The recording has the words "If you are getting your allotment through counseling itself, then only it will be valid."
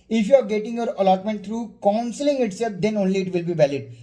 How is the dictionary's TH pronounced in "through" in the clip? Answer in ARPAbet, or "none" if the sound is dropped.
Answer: T